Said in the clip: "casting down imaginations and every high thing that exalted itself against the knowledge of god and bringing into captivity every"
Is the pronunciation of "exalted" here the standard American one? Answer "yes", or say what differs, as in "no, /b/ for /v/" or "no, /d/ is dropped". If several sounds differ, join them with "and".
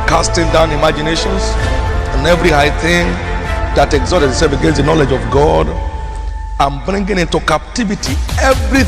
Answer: no, /l/ is dropped